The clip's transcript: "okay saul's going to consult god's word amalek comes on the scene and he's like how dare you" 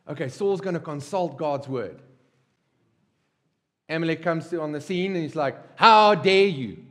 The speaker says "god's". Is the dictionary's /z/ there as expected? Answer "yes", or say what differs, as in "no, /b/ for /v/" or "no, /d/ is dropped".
yes